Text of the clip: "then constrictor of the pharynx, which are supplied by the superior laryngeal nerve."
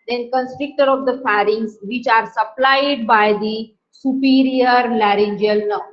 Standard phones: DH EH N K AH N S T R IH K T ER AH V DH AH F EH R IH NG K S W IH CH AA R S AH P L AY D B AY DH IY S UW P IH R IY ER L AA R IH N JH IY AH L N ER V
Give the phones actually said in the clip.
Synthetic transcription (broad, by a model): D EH N K AH N S T R IH K T ER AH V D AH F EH R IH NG S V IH CH AA R S AH P L AY D B AY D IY S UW P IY R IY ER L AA R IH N JH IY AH L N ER